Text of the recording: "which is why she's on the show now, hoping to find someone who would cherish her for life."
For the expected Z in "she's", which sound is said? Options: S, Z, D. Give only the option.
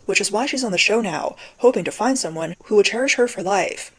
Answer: Z